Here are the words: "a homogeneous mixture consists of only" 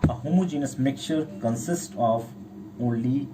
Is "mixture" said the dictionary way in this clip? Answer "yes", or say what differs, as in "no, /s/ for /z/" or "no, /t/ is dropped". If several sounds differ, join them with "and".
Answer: no, /s/ is dropped